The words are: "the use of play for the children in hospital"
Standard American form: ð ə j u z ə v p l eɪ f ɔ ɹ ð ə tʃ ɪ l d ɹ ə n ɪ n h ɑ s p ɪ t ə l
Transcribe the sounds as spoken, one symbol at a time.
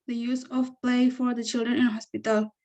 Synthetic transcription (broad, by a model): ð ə j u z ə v p l eɪ f ɔ ɹ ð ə tʃ ɪ l d ɹ ə n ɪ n h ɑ s p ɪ t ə l